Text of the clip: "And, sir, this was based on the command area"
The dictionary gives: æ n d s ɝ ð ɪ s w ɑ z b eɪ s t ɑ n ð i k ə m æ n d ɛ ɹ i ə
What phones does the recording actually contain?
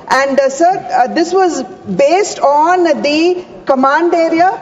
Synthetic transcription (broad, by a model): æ n d s ɝ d ɪ s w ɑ z b eɪ s t ɑ n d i k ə m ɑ n d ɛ ɹ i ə